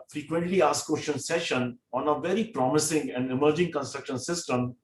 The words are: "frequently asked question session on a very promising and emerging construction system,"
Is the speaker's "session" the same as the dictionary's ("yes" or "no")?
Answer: yes